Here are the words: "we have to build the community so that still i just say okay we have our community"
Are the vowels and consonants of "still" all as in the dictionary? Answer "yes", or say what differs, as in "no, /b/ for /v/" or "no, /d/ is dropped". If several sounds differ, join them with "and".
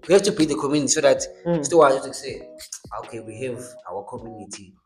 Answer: no, /w/ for /l/